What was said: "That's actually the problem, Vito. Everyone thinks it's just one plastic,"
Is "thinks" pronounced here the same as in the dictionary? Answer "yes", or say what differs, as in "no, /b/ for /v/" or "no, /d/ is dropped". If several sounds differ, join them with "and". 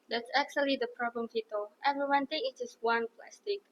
no, /t/ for /θ/